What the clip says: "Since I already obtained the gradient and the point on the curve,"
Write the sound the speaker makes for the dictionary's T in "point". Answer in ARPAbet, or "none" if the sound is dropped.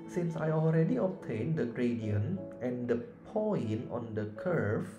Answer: none